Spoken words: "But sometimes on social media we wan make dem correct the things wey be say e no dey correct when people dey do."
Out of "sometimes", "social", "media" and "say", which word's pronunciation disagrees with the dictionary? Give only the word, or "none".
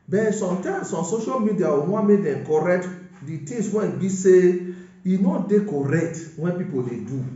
sometimes